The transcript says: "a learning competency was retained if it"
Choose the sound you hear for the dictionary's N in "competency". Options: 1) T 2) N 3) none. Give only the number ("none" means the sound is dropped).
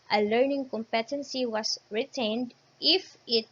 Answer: 2